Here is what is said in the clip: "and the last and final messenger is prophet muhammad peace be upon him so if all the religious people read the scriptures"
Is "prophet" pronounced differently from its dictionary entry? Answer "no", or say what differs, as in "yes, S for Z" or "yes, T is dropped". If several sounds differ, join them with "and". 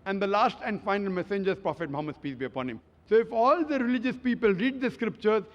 no